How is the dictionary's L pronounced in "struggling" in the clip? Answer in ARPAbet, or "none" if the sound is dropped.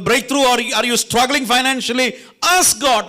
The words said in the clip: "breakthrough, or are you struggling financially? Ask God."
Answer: L